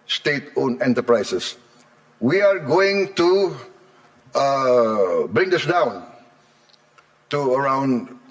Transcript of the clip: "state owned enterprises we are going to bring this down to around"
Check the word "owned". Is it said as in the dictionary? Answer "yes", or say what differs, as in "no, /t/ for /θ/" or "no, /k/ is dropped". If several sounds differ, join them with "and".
no, /d/ is dropped